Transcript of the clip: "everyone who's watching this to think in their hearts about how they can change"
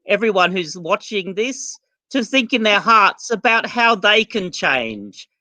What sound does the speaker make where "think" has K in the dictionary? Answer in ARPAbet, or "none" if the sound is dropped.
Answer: K